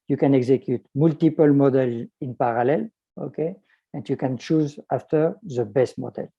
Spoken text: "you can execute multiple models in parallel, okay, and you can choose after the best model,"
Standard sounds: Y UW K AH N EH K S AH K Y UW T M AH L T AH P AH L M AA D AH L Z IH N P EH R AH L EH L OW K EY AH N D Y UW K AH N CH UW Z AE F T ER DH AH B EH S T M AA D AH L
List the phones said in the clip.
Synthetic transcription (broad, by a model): Y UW K AH N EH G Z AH K Y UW T M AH L T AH P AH L M AA D AH L Z IH N P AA R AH L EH L OW K EY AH N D Y UW K AH N CH UW Z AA F T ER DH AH B EH S T M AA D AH L